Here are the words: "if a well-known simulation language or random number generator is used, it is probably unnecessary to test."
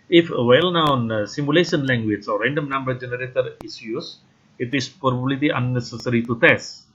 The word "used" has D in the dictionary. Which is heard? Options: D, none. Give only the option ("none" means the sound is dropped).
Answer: none